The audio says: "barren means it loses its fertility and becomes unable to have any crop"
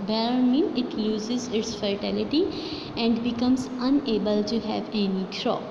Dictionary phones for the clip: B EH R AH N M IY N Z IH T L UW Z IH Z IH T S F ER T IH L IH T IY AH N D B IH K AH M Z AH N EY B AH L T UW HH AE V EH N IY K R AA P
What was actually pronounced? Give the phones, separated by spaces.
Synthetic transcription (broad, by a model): B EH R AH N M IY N IH T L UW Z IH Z IH T S F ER T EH L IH T IY AH N D B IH K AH M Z AH N EY B AH L T UW HH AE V EH N IY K R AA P